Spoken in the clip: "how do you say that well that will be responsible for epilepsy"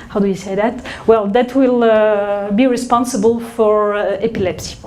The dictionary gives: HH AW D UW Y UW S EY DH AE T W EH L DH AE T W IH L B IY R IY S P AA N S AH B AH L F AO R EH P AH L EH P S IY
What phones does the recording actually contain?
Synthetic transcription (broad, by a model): HH AW D UW Y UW S EY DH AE T W EH L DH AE T W IH L B IY R IY S P AA N S AH B AH L F AO R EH P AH L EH P S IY